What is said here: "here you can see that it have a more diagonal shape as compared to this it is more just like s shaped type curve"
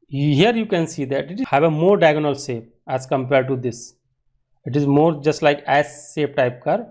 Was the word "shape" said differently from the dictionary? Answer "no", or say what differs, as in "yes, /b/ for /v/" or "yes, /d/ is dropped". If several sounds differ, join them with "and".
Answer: yes, /s/ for /ʃ/